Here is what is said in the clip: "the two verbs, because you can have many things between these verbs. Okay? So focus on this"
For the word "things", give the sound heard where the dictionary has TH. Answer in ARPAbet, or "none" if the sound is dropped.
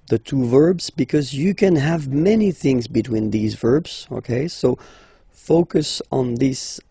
TH